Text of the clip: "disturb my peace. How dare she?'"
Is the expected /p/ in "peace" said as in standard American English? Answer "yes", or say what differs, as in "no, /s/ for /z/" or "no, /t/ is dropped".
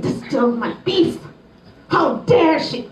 no, /b/ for /p/